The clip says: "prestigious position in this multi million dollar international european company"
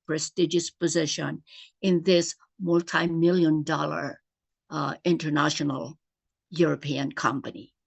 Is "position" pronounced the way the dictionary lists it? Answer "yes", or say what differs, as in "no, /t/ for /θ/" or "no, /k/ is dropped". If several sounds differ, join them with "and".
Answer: yes